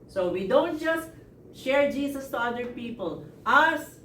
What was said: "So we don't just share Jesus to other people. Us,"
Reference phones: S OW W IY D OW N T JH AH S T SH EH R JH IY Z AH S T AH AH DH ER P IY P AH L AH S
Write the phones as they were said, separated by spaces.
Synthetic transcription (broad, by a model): S OW W IY D OW N T JH AH S T SH EH R JH IY S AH S T AH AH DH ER P IY P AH L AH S